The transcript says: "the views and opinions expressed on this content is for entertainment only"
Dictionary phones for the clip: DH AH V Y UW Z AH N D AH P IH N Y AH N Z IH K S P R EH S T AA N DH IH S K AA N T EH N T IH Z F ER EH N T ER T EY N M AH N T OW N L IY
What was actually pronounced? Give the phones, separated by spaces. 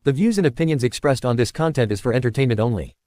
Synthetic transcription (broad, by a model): DH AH V Y UW Z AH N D AH P IH N Y AH N Z IH K S P R EH S T N DH IH S K AA N T EH N T IH Z F ER EH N T ER T EY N M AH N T OW N L IY